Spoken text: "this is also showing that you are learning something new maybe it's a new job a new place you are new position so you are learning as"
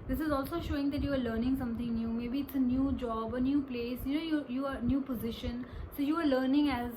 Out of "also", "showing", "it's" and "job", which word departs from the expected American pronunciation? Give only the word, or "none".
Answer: none